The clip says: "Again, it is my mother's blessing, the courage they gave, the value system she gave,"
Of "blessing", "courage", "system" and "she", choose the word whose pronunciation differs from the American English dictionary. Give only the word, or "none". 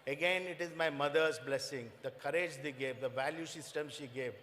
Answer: none